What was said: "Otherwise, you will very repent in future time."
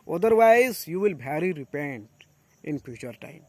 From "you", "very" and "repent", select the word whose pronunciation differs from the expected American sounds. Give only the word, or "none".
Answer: very